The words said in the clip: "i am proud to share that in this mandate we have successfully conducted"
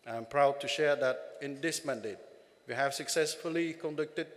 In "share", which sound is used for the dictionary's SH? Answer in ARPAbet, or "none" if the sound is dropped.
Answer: SH